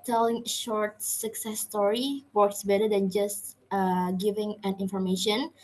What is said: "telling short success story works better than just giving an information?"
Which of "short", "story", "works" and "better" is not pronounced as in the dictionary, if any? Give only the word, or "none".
none